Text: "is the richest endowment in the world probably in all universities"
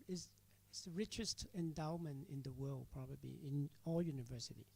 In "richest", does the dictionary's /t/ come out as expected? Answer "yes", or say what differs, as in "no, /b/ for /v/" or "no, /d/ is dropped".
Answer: yes